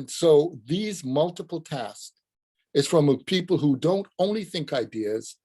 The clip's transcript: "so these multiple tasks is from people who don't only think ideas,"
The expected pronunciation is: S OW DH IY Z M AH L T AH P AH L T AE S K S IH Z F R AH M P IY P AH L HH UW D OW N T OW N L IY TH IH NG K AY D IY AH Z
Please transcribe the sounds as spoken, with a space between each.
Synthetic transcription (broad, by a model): S OW DH IY Z M AH L T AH P L T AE S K IH Z F R AH M P IY P L HH UW D OW N T OW N L IY TH IH NG K AY D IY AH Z